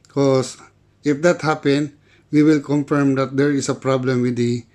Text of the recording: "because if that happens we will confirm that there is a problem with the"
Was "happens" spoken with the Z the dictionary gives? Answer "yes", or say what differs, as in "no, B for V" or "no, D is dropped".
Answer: no, Z is dropped